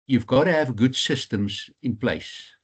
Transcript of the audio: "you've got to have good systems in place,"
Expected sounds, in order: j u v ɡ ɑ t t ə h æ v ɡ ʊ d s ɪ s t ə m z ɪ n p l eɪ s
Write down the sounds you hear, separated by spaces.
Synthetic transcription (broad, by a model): j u v ɡ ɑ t t ə h æ v ɡ ʊ d s ɪ s t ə m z ɪ n p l eɪ s